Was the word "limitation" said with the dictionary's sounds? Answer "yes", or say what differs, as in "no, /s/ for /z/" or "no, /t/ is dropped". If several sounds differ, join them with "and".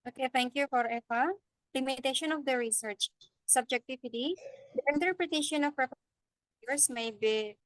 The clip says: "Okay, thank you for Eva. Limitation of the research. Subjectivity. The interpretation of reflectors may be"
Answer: yes